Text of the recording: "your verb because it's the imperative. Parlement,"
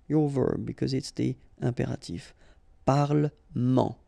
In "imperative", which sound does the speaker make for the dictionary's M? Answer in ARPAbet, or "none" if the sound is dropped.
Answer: none